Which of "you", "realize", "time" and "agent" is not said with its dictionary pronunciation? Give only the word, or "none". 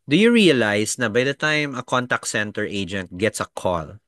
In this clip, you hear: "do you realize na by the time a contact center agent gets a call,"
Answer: realize